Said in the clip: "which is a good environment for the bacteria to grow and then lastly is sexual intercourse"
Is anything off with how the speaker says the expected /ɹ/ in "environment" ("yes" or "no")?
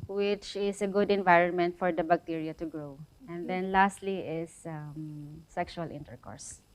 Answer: no